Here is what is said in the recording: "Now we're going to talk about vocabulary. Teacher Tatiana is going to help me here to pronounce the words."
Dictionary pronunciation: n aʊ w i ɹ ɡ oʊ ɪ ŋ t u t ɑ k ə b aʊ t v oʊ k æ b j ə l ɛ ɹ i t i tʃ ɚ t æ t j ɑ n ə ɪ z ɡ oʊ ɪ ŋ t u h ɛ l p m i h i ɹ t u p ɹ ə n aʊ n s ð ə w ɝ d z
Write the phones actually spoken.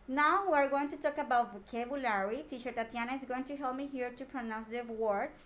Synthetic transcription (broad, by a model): n aʊ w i ɹ ɡ oʊ ɪ ŋ t u t ɑ k ə b aʊ t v k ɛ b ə l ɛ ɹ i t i ʃ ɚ t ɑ t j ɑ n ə ɪ z ɡ oʊ ɪ ŋ t u h ɛ l p m i h i ɹ t u p ɹ ə n aʊ n s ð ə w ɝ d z